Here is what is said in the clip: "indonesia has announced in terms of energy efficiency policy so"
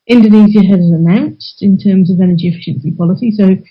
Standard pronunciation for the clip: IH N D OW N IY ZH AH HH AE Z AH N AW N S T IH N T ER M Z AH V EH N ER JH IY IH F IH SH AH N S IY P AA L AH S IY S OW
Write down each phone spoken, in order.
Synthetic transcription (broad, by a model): IH N D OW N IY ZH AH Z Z AH N AW N S T IH N T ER M Z AH V EH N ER JH IY IH F IH SH AH N S IY P AA L AH S IY S OW